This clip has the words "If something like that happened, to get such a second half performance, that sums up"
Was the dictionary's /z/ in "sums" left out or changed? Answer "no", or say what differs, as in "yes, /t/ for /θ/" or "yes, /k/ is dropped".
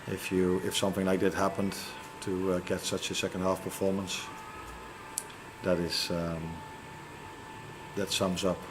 no